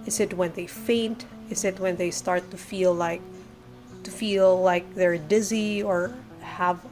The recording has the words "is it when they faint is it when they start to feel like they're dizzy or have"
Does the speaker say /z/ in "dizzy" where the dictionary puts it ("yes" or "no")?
yes